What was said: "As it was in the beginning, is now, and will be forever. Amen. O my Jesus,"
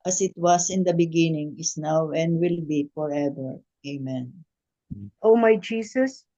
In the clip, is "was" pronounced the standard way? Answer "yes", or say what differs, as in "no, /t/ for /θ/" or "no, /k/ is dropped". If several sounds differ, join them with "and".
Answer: no, /s/ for /z/